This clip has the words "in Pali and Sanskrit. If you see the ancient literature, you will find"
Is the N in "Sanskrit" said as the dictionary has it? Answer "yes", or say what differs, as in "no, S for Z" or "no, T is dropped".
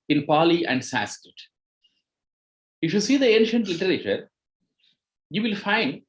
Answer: no, N is dropped